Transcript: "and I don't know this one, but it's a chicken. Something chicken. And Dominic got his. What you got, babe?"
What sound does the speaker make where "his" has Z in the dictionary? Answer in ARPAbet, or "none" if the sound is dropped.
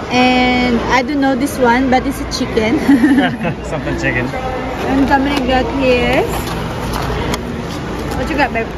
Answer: S